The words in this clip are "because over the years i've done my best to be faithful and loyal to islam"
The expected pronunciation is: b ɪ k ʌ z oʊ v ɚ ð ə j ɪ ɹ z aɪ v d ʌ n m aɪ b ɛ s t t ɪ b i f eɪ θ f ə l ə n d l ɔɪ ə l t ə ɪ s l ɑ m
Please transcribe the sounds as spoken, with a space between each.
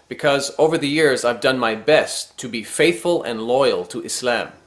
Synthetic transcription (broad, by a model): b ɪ k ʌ z oʊ v ɚ ð ə j ɪ ɹ z aɪ v d ʌ n m aɪ b ɛ s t t ɪ b i f eɪ θ f ə l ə n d l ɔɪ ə l t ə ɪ s l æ m